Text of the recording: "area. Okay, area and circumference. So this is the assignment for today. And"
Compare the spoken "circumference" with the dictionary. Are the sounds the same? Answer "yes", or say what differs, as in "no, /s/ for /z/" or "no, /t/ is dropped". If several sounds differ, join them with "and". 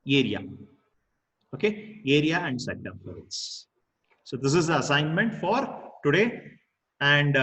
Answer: no, /n/ is dropped